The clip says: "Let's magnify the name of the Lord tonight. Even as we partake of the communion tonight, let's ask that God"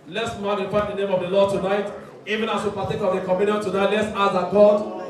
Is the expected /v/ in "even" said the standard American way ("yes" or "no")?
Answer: yes